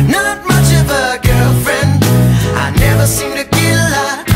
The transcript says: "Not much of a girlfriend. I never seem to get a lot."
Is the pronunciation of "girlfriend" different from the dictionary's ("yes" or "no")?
no